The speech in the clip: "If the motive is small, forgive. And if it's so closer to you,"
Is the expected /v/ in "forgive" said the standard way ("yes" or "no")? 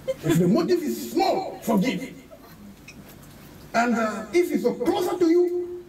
no